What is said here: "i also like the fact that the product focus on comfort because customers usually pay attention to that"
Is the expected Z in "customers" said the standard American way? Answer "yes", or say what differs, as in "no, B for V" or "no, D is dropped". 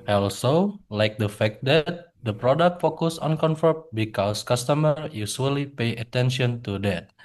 no, Z is dropped